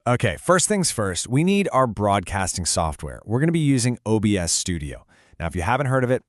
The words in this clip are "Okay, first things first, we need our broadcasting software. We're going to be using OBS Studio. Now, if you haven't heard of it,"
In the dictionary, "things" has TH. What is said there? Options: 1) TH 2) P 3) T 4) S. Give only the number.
1